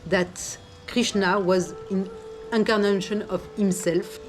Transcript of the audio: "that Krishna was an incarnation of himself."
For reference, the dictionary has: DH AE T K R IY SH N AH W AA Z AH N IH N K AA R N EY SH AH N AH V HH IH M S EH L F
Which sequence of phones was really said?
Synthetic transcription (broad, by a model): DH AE T K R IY SH N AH W AA Z AH N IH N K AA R N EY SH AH N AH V HH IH M S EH L F